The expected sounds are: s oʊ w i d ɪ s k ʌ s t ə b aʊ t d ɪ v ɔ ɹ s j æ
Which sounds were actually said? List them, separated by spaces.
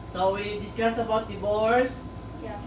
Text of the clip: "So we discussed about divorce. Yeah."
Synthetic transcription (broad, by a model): s oʊ w i d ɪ s k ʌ s ə b aʊ t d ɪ b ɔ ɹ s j